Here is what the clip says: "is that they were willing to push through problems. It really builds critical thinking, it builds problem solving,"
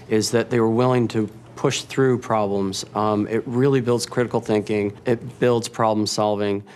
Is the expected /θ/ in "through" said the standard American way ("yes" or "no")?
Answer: yes